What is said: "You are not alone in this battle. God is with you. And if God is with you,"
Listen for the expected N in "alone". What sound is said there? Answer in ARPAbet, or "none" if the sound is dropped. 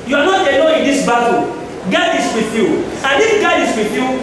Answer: none